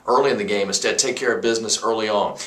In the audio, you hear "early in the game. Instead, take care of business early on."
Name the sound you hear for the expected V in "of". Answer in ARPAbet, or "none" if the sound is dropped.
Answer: V